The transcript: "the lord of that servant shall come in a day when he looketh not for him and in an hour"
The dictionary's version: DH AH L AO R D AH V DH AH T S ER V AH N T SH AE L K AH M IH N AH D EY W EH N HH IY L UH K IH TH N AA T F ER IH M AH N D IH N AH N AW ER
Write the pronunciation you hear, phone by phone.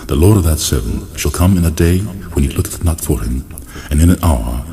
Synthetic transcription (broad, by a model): DH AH L AO R D AH V DH AH T S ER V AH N SH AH L K AH M IH N AH D EY W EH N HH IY L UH K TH N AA T F ER IH M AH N IH N AH N AW ER